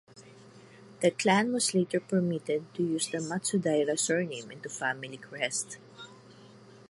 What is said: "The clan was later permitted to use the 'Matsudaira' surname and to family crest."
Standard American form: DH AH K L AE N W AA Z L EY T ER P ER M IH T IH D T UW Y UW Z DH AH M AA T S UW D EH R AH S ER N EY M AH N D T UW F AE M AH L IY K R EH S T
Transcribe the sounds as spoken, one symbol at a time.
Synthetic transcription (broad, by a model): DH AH K L AE N W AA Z L EY T ER P ER M IH T IH D T UW Y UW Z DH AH M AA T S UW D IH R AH S ER N EY M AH N T UW F AE M AH L IY K R EH S T